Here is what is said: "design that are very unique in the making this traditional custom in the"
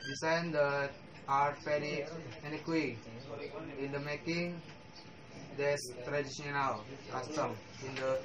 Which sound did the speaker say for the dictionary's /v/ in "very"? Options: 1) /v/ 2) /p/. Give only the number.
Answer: 2